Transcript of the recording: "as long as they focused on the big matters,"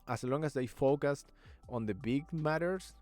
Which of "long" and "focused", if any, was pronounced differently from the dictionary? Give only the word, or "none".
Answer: none